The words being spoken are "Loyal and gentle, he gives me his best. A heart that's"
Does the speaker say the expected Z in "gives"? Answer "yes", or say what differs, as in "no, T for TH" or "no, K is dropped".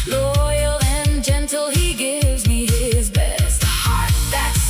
yes